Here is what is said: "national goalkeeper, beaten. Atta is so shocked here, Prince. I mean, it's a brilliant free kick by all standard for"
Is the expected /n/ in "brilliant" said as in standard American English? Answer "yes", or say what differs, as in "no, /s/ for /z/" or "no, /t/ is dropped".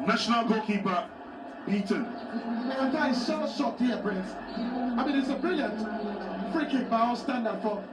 yes